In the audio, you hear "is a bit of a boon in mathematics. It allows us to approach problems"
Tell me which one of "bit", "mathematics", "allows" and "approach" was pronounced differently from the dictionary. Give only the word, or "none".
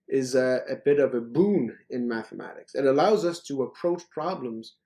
none